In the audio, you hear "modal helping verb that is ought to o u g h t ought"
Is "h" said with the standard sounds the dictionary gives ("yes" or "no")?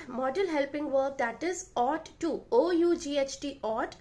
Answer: yes